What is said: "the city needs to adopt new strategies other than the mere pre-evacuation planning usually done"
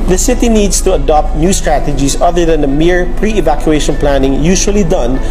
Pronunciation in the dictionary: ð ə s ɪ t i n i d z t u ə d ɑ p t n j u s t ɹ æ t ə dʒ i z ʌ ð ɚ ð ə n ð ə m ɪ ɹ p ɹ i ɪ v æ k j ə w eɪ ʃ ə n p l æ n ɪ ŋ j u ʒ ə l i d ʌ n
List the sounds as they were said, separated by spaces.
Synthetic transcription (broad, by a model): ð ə s ɪ t i n i d s t u ə d ɑ p t n j u s t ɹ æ t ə dʒ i s ʌ ð ɚ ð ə n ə m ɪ ɹ p ɹ i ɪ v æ k j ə eɪ ʃ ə n p l æ n ɪ ŋ j u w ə l i d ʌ n